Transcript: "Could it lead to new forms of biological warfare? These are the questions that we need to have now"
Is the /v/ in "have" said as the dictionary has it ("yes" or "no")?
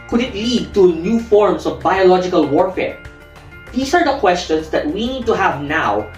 yes